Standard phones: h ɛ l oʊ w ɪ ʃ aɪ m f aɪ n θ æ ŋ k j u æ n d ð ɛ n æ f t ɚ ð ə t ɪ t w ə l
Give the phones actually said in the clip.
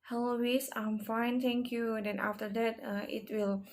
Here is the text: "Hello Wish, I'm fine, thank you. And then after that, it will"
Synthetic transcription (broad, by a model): h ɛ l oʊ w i s aɪ m f aɪ n t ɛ ŋ k j u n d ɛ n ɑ f t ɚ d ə t ɪ t w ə l